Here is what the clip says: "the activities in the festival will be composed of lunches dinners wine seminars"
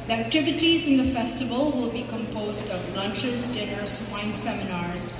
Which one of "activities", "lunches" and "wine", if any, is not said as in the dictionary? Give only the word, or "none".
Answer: none